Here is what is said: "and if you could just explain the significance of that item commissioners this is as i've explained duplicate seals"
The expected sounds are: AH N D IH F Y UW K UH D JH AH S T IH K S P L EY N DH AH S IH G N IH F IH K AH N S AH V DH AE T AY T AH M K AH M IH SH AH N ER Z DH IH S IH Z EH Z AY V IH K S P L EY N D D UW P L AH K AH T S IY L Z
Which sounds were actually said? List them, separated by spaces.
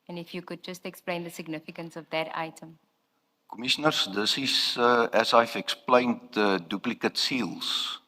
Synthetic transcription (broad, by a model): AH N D IH F Y UW K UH D JH AH S T IH K S P L EY N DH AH S IH G N IH F IH K AH N S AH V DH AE T AY T AH M K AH M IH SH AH N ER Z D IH S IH S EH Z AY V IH K S P L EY N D D UW P L AH K AH T S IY L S